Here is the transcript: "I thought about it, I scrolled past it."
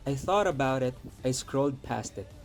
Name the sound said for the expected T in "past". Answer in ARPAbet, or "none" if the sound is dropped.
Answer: T